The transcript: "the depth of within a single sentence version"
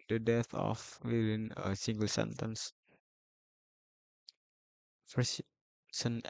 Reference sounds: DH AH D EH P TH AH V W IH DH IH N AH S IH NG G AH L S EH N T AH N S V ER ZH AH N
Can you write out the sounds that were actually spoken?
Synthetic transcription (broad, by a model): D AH D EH TH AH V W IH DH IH N AH S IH NG G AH L S EH N T AH N S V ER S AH N